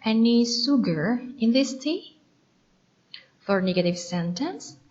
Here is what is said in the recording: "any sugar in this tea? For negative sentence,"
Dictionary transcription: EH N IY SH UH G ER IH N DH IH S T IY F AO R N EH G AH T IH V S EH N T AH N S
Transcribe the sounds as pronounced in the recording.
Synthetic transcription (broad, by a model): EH N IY S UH G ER IH N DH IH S T IY F AO R N EH G AH T IH V S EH N T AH N S